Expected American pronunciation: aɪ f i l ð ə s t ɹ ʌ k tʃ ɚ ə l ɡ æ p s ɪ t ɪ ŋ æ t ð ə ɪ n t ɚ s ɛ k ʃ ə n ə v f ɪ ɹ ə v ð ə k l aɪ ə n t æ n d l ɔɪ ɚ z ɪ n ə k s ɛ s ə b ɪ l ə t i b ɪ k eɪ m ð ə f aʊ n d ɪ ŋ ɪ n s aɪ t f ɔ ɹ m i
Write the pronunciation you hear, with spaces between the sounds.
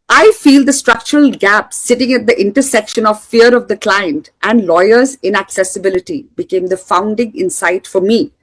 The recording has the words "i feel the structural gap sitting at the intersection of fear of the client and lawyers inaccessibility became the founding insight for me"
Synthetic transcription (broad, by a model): aɪ f i l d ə s t ɹ ʌ k tʃ ɚ ə l ɡ æ p s ɪ t ɪ ŋ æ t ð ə ɪ n t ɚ s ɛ k ʃ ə n ə v f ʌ ɹ ə v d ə k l aɪ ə n t æ n d l ɔɪ ɚ z ɪ n ə k s ɛ s ə b ɪ l ə t i b ɪ k eɪ m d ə f aʊ n d ɪ ŋ ɪ n s aɪ t f ɔ ɹ m i